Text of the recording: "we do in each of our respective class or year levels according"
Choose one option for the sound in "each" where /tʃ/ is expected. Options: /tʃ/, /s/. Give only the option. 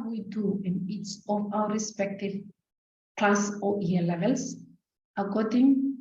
/s/